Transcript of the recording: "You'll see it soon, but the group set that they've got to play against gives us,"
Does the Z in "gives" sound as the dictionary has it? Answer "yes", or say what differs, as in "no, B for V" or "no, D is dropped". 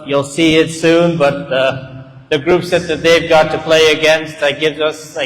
yes